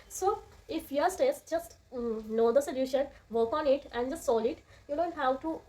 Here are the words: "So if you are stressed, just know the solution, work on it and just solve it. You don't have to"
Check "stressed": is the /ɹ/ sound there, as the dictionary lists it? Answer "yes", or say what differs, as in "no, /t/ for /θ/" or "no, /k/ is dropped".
no, /ɹ/ is dropped